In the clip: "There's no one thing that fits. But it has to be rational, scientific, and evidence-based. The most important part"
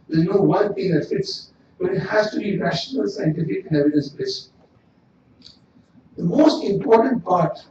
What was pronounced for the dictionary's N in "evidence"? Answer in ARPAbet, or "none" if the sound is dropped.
none